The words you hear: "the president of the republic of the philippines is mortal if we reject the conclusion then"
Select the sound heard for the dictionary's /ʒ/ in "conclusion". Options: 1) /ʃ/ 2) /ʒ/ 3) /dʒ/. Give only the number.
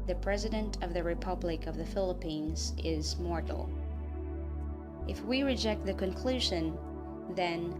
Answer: 2